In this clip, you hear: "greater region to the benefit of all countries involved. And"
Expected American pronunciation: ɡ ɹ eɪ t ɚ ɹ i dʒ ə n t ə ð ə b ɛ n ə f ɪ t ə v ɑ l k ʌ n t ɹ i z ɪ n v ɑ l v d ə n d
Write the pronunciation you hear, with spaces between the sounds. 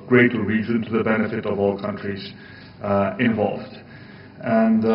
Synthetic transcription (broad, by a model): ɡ ɹ eɪ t ɹ i z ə n t ə ð ə b ɛ n ə f ɪ t ə v ɑ l k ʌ n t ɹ i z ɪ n v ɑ l v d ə n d